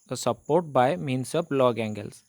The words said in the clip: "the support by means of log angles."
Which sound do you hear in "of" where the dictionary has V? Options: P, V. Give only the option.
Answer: P